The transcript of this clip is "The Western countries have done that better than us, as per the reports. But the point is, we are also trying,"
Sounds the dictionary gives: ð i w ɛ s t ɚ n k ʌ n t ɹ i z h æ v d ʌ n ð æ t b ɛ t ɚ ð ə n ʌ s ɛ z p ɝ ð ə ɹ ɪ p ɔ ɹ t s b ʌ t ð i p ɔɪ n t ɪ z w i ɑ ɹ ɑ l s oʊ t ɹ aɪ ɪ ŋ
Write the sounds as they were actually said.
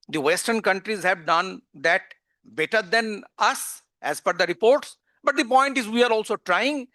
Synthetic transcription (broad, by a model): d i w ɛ s t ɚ n k ʌ n t ɹ i z h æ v d ʌ n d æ t b ɛ t ɚ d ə n ʌ s ɛ z f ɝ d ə ɹ ɪ p ɔ ɹ t s b ʌ t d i p ɔɪ n t ɪ z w i ɑ ɹ ɑ l s oʊ t ɹ aɪ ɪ ŋ